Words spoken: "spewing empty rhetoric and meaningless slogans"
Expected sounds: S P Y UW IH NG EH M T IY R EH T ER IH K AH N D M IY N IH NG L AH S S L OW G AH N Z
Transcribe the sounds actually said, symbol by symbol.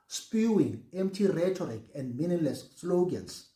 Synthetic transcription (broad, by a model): S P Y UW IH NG EH M T IY R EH T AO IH K AH N D M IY N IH L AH S S L OW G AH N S